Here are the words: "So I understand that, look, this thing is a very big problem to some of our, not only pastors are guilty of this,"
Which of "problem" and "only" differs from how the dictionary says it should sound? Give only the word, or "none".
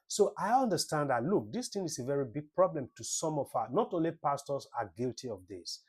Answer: none